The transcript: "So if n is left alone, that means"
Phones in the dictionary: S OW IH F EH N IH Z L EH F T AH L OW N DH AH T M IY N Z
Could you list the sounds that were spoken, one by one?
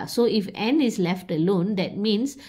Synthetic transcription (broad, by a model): S OW IH F EH N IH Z L EH F T AH L OW N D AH T M IY N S